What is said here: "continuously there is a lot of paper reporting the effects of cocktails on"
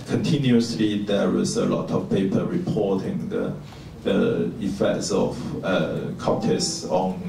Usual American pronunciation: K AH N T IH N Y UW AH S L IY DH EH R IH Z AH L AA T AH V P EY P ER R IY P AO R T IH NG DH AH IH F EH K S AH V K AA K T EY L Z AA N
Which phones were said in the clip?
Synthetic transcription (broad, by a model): K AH N T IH N Y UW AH S L IY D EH W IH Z AH L AA T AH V P EY P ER R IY P AO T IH NG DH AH IH F EH K S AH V K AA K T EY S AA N